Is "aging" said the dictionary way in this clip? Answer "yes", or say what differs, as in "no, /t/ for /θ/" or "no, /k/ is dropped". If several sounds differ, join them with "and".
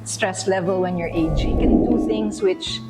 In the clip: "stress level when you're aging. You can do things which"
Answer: no, /dʒ/ is dropped